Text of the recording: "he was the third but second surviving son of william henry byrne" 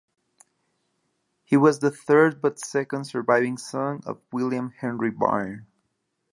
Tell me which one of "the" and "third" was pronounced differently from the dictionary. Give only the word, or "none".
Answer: none